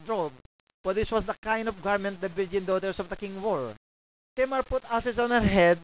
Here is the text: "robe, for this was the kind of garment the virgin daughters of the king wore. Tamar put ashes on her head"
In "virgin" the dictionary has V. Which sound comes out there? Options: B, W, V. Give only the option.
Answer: B